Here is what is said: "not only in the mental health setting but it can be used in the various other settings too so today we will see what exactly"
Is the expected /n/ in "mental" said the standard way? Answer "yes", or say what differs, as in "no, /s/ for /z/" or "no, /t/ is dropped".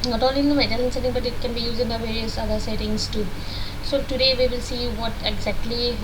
no, /n/ is dropped